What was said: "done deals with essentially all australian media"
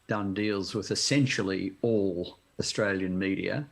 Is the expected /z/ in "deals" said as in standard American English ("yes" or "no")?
yes